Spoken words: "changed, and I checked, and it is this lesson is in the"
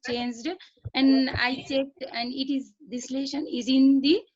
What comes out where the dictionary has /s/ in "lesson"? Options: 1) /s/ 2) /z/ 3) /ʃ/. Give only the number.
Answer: 3